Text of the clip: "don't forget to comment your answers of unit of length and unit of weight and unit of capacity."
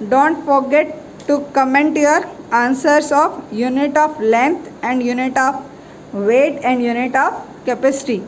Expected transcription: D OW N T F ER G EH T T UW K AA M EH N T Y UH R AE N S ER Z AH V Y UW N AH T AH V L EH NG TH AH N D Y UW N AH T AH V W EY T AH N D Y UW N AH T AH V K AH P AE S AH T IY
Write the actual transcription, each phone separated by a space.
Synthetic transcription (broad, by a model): D OW N T F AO G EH T T UW K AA M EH N T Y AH R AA N S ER S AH F Y UW N AH T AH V L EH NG T AH N D Y UW N AH T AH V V EY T AH N D Y UW N AH T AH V K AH P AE S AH T IY